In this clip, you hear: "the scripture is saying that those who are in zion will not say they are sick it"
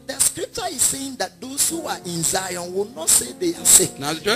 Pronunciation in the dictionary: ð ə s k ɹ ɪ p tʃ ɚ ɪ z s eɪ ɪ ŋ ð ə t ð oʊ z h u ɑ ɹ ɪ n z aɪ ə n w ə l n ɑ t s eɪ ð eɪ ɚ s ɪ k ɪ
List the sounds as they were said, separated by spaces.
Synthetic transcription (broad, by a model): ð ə s k ɹ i p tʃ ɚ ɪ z s eɪ ɪ ŋ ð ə t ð oʊ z h u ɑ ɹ ɪ n z aɪ ə n w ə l n ɑ t s eɪ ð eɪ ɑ s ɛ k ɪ